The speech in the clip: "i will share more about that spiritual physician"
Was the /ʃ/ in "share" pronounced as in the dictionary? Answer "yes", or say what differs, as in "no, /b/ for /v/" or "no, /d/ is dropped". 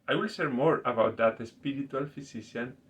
no, /s/ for /ʃ/